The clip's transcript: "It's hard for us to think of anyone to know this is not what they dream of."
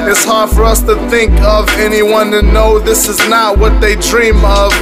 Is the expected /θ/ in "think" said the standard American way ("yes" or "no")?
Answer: yes